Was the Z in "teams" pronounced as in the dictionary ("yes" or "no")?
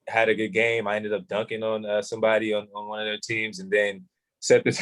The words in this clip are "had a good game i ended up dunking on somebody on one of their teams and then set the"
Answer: yes